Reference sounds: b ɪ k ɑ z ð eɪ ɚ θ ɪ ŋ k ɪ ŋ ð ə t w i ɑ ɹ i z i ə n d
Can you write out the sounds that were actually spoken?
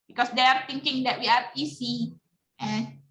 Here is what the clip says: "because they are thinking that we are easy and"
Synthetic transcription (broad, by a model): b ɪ k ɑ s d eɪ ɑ t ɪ ŋ k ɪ ŋ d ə t w i ɑ ɹ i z i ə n